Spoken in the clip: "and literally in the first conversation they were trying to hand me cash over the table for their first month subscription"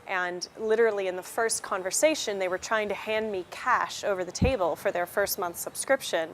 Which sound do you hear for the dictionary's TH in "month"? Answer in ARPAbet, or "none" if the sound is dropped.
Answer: TH